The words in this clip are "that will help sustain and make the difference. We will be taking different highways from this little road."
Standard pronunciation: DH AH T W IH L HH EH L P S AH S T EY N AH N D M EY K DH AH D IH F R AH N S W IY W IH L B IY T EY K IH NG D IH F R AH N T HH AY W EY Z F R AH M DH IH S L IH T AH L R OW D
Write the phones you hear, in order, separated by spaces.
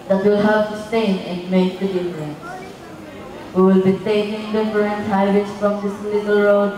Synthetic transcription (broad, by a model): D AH T W IH L HH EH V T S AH S T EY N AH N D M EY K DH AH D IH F R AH N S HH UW W IH L B IY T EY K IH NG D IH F R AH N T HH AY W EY S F R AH M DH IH S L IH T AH L R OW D